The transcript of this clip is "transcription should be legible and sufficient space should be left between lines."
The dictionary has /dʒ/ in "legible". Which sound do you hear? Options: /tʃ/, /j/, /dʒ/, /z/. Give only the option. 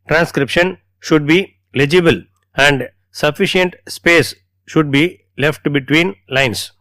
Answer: /dʒ/